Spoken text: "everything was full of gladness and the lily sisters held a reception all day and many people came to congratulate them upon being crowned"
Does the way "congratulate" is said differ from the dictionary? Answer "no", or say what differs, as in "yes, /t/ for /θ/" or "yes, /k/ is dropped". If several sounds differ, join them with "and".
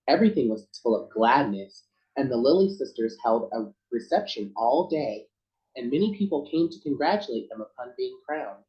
no